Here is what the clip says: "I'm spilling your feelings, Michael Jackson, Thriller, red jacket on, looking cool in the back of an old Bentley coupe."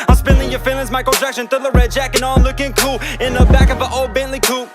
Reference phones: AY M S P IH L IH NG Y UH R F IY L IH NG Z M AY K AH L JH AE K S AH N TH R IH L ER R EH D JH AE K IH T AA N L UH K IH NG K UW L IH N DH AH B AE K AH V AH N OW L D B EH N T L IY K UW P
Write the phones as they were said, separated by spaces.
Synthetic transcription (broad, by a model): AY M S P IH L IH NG Y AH R F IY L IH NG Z M AY K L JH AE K SH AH N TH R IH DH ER R EH D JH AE K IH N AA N L UH K IH NG K UW L IH N DH AH B AE K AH V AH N OW L D B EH N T L IY K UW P